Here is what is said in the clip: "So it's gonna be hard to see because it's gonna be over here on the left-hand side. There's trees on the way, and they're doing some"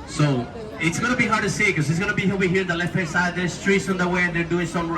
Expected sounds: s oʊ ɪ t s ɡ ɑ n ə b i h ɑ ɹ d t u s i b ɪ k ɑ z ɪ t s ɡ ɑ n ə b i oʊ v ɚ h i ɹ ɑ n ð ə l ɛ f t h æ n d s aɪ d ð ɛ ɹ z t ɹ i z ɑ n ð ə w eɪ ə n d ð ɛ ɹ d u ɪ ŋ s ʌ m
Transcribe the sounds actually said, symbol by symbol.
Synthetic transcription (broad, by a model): s oʊ ɪ t s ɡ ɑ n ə b i h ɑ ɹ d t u s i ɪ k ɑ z ɪ t s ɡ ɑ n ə b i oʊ i h i ɹ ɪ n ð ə l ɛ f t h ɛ s aɪ d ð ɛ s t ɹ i s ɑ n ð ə w eɪ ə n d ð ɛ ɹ d u ɪ ŋ s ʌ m